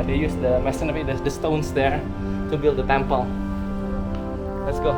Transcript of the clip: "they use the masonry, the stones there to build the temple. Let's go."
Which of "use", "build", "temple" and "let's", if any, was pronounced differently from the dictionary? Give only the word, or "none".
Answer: none